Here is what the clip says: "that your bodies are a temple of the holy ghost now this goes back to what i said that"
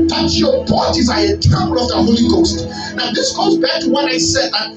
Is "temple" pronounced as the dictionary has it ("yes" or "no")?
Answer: no